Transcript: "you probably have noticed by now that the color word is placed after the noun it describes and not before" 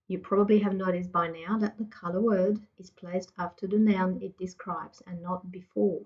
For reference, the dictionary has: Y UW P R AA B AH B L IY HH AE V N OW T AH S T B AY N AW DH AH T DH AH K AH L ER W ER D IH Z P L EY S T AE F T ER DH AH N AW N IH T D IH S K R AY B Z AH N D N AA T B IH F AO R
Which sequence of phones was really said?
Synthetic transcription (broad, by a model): Y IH P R AA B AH B L IY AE V N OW T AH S B AY N AW DH AH T DH AH K AH L ER W ER D IH Z P L EY S T AE F T ER DH AH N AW N IH T D IH S K R AY B Z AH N N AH T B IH F AO R